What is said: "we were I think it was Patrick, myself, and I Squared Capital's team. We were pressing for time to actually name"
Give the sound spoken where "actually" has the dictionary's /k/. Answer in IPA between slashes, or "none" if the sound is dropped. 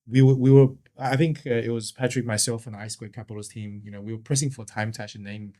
none